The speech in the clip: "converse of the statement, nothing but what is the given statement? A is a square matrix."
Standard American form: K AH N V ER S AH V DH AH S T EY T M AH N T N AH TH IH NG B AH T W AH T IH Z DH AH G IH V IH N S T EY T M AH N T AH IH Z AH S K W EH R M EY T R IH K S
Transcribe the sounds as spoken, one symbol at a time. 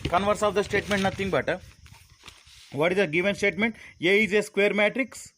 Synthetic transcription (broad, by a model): K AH N V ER S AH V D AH S T EY T M AH N T N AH T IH NG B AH T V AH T IH Z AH G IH V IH N S T EY T M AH N T AH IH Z AH S K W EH R M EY T R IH K S